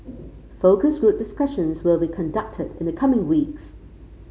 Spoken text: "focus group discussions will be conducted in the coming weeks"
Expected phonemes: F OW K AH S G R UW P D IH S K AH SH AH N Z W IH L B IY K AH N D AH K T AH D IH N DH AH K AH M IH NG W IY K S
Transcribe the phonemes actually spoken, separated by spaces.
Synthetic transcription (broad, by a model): F OW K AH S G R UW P D IH S K AH SH AH N Z W IH L B IY K AH N D AH K T AH D IH N DH AH K AH M IH NG W IY K S